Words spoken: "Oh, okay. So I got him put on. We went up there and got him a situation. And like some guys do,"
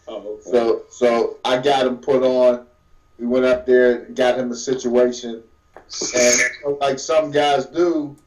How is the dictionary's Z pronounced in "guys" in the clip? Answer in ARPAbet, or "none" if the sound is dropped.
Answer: Z